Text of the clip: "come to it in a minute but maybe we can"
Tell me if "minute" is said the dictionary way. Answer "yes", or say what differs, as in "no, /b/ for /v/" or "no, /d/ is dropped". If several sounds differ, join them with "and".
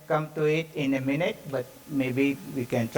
yes